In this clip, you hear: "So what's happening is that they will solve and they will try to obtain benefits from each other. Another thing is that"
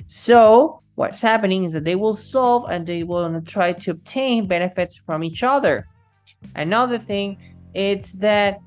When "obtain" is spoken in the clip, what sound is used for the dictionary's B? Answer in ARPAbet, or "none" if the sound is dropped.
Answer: B